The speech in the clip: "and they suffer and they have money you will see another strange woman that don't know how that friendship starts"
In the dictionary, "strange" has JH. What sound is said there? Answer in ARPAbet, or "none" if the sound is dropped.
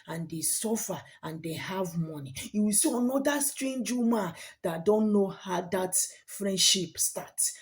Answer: JH